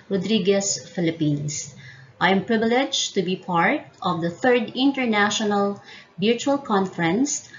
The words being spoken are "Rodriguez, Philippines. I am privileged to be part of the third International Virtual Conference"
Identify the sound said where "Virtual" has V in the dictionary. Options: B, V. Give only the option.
B